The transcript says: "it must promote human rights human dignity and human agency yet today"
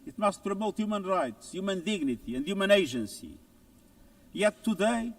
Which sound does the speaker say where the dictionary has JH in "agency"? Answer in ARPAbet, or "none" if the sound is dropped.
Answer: ZH